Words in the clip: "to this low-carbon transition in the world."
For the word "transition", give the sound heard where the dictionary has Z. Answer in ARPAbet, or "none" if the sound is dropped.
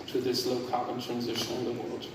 Z